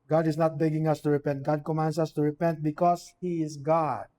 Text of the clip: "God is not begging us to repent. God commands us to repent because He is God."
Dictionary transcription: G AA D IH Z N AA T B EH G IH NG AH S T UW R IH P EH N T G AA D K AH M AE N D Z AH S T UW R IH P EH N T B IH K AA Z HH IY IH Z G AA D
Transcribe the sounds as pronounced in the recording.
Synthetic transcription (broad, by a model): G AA D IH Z N AA T B EH G IH NG AH S T UW R IH P EH N T G AA D K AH M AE N D S AH S T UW R IH P EH N T B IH K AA S HH IY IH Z G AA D